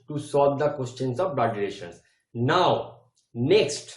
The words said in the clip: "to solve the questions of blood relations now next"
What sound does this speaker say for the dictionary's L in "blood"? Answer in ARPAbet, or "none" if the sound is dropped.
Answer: none